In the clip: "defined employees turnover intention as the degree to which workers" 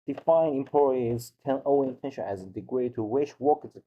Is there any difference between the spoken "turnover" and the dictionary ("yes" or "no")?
yes